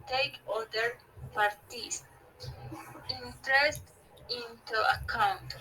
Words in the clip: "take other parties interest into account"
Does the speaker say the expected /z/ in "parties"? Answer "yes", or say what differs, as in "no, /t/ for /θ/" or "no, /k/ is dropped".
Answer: no, /s/ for /z/